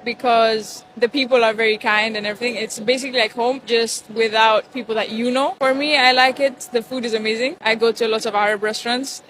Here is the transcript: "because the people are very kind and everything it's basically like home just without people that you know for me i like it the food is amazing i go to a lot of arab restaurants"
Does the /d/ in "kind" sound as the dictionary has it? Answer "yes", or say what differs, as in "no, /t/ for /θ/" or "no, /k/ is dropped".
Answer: yes